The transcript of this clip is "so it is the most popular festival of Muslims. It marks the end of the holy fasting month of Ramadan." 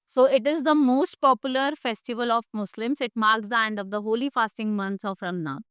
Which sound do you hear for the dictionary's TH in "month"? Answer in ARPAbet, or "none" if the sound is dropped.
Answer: S